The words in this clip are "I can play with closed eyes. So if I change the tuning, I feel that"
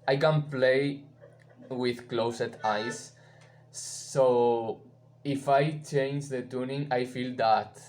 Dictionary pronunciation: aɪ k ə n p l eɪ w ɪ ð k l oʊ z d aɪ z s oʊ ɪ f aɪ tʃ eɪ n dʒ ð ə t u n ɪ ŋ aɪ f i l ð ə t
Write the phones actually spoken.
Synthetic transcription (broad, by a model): aɪ k ə n p l eɪ w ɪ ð k l oʊ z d aɪ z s oʊ ɪ f aɪ tʃ eɪ n dʒ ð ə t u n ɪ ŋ aɪ f i l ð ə t